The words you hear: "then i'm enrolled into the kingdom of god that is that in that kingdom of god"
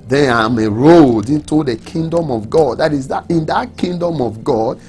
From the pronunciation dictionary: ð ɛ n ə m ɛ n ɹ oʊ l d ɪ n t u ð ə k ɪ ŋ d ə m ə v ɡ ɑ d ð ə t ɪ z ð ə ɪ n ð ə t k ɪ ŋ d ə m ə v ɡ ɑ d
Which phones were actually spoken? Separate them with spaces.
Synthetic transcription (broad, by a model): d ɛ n ə m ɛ ɹ oʊ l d ɪ n t u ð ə k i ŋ d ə m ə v ɡ ɑ d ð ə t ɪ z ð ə ɪ n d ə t k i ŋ d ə m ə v ɡ ɑ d